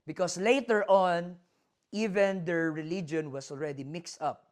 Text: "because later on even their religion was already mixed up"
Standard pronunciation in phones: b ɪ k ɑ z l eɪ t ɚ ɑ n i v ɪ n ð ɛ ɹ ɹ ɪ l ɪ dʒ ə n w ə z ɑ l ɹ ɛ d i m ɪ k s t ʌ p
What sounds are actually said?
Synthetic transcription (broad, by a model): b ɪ k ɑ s l eɪ t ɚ ɑ n i v ɪ n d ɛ ɹ ɹ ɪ l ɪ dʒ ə n w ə s ɑ l ɹ ɛ d i m ɪ k s t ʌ p